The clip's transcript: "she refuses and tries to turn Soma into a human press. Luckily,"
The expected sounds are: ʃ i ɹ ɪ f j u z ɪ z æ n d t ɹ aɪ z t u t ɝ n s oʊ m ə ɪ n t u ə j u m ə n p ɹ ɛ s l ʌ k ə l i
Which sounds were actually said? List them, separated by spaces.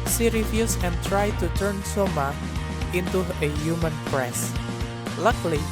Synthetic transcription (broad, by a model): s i ɹ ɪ f j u s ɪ n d t ɹ aɪ t u t ɝ n s oʊ m ə ɪ n t u ə j u m ə n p ɹ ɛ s l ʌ k l i